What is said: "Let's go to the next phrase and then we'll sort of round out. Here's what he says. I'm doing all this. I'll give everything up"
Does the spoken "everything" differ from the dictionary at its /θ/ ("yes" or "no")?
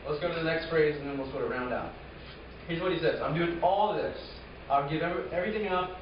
no